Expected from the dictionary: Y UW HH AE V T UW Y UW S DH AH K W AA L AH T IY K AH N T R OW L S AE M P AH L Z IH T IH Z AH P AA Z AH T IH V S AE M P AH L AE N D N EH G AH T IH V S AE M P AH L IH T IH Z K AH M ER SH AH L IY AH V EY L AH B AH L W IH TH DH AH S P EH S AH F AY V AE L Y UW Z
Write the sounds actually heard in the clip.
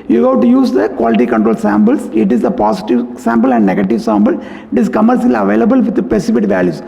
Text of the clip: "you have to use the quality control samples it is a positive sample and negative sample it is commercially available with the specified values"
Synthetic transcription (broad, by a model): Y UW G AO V T UW Y UW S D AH K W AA L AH T IY K AH N T R OW L S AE M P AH L S IH T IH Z AH P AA S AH T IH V S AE M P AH L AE N D N EH G AH T IH V S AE M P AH L IH T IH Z K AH M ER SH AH L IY AH V EY L AH B AH L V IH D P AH S IH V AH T V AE L Y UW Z